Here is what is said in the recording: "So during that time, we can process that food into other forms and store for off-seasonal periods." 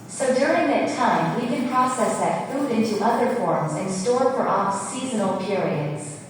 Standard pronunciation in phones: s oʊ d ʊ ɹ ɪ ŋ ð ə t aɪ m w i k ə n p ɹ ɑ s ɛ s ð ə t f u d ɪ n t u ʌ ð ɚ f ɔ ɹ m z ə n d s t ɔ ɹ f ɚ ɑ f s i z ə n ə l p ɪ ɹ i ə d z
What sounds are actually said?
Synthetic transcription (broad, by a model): s oʊ d ʊ ɹ ɪ ŋ ð ə t aɪ m w i k ə n p ɹ ɑ s ɛ s ð ə t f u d ɪ n t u ʌ ð ɚ f ɔ ɹ m z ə n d s t ɔ ɹ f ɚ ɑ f s i z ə n l p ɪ ɹ i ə d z